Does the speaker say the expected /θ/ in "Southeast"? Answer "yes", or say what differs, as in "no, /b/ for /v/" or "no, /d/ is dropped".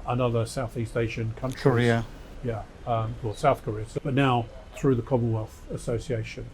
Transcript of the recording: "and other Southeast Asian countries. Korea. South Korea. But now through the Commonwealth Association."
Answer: yes